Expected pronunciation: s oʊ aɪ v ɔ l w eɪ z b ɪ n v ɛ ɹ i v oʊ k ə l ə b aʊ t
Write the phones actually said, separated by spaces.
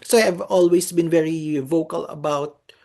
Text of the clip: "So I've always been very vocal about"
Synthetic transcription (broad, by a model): s oʊ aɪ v ɔ l w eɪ s b ɪ n v ɛ ɹ i v oʊ k ə l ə b aʊ t